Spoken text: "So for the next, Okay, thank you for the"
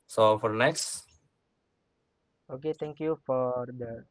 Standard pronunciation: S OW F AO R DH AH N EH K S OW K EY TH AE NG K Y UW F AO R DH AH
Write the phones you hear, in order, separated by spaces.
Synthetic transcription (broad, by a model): S OW F AO R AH N EH K S OW K EY T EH NG K Y UW F AO R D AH